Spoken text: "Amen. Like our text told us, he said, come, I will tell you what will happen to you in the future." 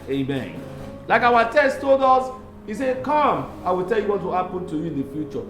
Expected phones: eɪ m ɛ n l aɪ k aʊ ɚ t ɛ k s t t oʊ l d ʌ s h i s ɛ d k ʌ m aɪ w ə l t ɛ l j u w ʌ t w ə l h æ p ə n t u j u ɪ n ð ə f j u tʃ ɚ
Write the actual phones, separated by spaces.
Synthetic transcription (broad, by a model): eɪ m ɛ n l aɪ k aʊ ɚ t ɛ s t t oʊ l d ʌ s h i s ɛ k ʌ m aɪ w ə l t ɛ l j u w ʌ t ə h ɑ p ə n t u j u ɪ n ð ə f j u tʃ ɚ